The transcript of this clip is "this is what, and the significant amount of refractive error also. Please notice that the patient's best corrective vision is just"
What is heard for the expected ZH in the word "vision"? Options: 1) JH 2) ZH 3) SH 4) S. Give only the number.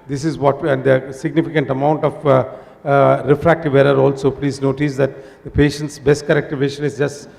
3